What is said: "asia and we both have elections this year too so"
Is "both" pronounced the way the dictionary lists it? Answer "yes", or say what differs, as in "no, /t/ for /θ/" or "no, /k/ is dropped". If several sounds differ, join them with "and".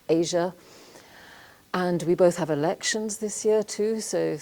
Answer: yes